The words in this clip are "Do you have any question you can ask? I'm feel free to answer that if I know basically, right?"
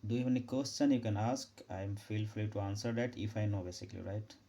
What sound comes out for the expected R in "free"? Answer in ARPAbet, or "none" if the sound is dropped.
L